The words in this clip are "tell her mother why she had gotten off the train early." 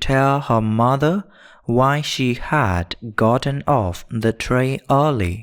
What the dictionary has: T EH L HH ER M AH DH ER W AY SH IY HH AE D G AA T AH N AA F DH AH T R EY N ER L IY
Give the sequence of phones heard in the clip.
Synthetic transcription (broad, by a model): T EH L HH ER M AH DH ER W AY SH IY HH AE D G AA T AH N AA F DH AH T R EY ER L IY